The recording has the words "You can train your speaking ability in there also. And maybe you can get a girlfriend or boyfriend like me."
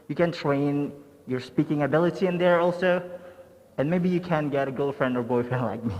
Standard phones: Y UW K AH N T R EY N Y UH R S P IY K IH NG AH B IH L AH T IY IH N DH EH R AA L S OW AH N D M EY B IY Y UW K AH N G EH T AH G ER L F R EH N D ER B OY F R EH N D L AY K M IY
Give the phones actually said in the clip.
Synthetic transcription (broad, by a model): Y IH K AH N T R EY N Y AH R S P IY K IH NG AH B IH L AH T IY IH N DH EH R AA L S OW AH N M EY B IY Y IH K AH N G EH T AH G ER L F R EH N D ER B OY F EH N L AY K M IY